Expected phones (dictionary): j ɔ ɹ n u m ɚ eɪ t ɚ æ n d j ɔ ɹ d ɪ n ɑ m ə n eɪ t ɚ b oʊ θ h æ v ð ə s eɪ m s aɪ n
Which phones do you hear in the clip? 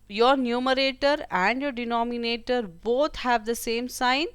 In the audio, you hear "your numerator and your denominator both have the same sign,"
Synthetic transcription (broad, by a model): j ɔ ɹ n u m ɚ eɪ t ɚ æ n d j ɔ ɹ d ɪ n ɑ m ə n eɪ t ɚ b oʊ t h æ v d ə s eɪ m s aɪ n